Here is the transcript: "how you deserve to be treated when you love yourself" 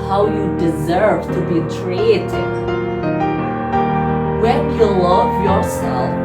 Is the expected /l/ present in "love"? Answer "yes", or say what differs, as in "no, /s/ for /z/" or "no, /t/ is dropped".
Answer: yes